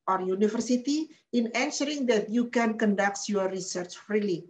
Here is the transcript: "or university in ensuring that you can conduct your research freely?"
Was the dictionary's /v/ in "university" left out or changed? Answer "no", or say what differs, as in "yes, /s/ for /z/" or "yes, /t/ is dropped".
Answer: yes, /f/ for /v/